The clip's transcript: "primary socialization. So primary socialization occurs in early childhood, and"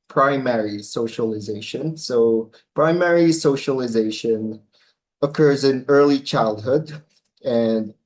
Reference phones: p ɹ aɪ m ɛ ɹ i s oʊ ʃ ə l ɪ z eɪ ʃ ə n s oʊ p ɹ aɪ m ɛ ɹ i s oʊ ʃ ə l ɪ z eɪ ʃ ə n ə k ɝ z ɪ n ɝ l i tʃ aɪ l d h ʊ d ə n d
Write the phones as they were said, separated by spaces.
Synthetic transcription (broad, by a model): p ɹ aɪ m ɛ ɹ i s oʊ ʃ ə l ɪ z eɪ ʃ ə n s oʊ p ɹ aɪ m ɛ ɹ i s oʊ ʃ ə l ɪ z eɪ ʃ ə n ə k ɝ z ɪ n ɝ l i tʃ aɪ l d h ʊ d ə n